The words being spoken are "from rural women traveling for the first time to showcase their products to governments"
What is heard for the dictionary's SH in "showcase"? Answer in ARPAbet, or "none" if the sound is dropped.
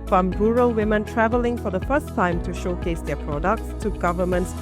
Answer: SH